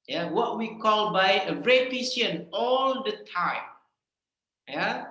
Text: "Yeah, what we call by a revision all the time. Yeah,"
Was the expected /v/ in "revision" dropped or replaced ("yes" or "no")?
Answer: yes